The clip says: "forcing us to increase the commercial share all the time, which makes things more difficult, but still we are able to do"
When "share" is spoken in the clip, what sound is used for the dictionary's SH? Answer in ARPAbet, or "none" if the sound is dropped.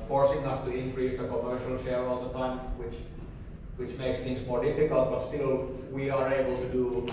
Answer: SH